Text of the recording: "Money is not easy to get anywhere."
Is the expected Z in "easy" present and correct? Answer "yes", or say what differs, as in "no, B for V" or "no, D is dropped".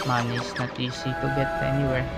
no, S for Z